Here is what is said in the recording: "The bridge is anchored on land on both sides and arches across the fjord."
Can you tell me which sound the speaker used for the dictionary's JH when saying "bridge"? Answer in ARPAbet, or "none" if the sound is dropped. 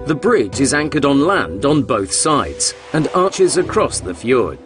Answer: JH